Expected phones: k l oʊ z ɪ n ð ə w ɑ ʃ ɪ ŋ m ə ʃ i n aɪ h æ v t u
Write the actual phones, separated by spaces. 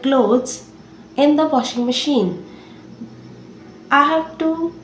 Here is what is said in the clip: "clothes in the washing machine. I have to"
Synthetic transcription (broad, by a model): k l oʊ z ɪ n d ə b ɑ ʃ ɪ ŋ m ə ʃ i n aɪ h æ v t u